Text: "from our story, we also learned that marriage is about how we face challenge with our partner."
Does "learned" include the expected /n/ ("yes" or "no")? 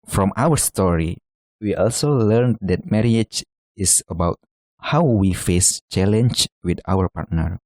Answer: yes